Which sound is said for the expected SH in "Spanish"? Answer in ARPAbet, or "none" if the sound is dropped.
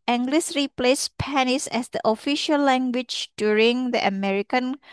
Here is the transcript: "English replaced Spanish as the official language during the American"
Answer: S